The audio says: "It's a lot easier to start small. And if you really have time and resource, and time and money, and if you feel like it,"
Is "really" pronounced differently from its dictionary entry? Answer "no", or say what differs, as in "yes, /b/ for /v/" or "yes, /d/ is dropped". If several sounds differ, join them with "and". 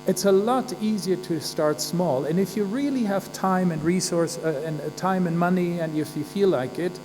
no